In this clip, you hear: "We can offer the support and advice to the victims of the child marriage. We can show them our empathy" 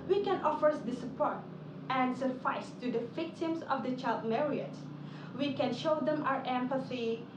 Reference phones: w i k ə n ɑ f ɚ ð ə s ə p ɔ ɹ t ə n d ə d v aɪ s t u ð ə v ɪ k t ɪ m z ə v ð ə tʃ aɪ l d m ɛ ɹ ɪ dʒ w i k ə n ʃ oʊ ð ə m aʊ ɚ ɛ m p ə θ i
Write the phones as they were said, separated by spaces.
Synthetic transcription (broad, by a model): w i k ə n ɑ f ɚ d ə s ə p ɔ ɹ t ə n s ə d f aɪ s t u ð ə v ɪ k t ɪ m s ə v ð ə tʃ aɪ l d m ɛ ɹ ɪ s w i k ə n ʃ oʊ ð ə m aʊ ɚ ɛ m p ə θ i